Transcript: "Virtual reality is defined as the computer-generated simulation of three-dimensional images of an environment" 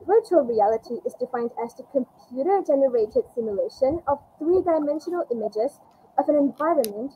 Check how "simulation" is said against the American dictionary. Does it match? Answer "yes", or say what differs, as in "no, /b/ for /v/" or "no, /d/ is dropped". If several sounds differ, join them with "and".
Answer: yes